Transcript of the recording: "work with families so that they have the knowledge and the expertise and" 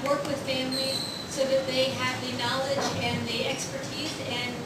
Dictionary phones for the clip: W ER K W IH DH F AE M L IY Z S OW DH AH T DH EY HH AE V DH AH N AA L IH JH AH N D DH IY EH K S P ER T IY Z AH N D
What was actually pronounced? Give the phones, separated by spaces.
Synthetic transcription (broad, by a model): W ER K W IH DH F AE M L IY Z S OW DH AH T DH EY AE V DH AH N AA L IH JH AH N DH IY EH K S P ER T IY Z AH N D